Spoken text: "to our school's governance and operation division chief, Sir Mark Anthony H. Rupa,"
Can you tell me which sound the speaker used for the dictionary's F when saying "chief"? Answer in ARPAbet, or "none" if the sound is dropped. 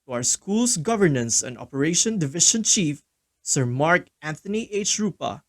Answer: F